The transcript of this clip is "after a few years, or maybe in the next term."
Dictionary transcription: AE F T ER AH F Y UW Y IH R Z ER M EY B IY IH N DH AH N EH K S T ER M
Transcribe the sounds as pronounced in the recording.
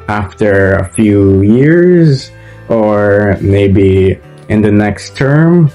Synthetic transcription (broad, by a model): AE F T ER AH F Y UW Y IH R Z ER M EY B IY IH N DH AH N EH K S T ER M